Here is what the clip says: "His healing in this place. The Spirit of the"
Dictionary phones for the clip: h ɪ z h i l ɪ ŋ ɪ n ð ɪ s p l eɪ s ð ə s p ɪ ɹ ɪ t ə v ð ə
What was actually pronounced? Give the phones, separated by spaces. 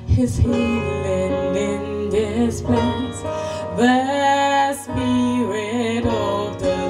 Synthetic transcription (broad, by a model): h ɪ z h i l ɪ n ɪ n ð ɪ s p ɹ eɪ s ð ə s b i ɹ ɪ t ə v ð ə